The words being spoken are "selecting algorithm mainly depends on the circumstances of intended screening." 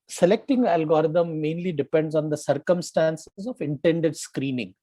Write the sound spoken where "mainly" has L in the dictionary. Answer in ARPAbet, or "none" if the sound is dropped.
L